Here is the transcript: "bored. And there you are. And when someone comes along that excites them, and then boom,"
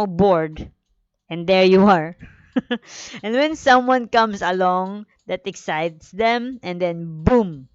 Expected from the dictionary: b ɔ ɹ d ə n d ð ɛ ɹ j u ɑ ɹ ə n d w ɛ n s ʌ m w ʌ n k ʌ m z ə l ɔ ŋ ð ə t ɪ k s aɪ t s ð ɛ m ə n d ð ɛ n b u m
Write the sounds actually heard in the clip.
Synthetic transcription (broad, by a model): b ɔ ɹ d ə n d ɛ ɹ j u ɑ ɹ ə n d w ɛ n s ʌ m w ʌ n k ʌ m s ə l ɔ ŋ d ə t ɪ k s aɪ t s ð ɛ m ə n d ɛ n b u m